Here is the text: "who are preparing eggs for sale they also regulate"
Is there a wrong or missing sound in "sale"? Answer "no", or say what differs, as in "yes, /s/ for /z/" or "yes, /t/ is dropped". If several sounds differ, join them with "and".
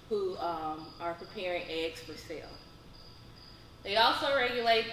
no